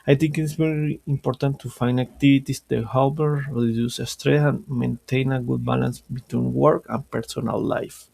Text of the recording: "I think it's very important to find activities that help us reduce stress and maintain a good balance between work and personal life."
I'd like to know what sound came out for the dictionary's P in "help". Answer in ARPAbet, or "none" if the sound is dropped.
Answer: B